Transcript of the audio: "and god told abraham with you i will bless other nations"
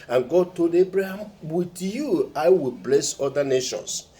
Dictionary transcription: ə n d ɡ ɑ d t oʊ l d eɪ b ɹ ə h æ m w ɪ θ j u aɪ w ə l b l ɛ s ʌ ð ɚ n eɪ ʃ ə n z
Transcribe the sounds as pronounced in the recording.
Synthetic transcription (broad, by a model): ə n ɡ ɑ d t oʊ l d eɪ b ɹ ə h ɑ m w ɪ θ j u aɪ w ə l b l ɛ s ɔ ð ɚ n eɪ ʃ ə n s